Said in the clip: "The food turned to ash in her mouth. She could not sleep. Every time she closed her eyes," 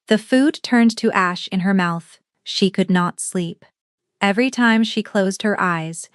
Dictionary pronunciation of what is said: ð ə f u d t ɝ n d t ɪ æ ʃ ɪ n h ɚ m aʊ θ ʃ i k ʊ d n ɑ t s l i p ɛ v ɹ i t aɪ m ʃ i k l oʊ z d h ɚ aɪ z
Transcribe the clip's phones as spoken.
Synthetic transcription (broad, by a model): ð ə f u d t ɝ n t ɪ æ ʃ ɪ n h ɚ m aʊ θ ʃ i k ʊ d n ɑ t s l i p ɛ v ɹ i t aɪ m ʃ i k l oʊ z d h ɚ aɪ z